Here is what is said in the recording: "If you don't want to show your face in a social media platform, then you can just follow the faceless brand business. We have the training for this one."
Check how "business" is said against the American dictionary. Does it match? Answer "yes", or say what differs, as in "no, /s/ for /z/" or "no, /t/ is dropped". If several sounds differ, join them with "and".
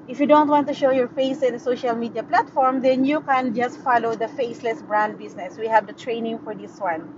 no, /s/ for /z/